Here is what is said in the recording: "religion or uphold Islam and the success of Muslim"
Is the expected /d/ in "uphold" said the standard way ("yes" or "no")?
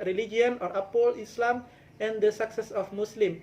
no